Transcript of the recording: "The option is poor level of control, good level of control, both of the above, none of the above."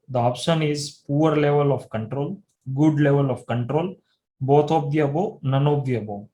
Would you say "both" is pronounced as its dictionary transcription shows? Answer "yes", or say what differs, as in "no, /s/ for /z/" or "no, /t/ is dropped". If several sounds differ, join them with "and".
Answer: no, /t/ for /θ/